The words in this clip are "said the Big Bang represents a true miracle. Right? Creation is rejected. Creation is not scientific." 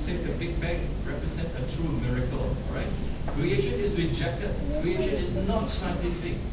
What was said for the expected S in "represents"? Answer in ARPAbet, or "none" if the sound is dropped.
none